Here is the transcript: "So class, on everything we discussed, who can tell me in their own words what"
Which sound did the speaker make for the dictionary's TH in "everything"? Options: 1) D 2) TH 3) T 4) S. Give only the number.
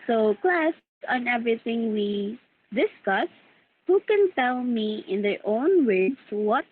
3